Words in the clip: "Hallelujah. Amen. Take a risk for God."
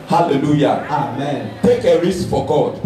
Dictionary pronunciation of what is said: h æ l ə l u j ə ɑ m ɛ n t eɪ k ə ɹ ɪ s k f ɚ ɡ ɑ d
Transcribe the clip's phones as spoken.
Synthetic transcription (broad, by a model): h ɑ l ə l u j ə ɑ m ɛ n t eɪ k ə ɹ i s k f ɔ ɡ ɑ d